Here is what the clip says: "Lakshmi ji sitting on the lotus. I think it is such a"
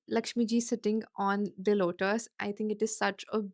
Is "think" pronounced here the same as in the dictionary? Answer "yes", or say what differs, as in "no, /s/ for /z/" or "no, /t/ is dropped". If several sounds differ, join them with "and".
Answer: no, /t/ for /θ/